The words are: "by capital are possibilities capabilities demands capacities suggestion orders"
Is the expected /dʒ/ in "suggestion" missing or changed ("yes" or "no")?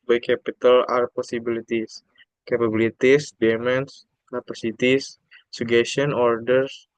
yes